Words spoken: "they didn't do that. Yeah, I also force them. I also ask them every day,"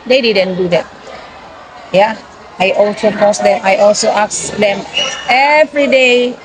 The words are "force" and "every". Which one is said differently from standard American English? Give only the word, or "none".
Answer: force